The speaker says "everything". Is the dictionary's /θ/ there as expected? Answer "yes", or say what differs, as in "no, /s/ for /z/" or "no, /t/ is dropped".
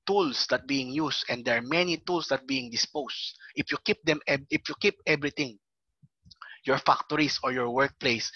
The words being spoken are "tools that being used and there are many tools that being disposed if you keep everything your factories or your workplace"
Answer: no, /t/ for /θ/